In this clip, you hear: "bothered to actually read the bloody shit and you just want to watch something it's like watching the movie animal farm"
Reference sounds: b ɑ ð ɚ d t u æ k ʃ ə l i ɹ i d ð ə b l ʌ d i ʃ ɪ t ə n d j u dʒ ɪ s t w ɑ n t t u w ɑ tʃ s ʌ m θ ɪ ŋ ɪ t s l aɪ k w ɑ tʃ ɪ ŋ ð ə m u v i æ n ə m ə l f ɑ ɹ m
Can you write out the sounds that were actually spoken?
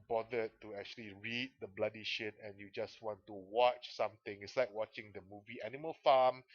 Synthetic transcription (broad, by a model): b ɑ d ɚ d t u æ k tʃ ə l i ɹ i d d ə b l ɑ d i ʃ ɪ t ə n j u dʒ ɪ s w ɑ n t t u w ɑ tʃ s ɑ m t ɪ ŋ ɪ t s l aɪ k w ɑ tʃ ɪ ŋ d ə m u v i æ n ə m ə l f ɑ m